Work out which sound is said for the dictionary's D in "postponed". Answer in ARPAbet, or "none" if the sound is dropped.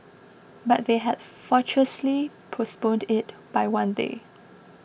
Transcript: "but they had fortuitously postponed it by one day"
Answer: D